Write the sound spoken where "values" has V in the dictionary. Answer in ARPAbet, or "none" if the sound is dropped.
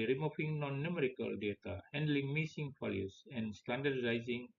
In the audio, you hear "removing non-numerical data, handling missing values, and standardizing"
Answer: F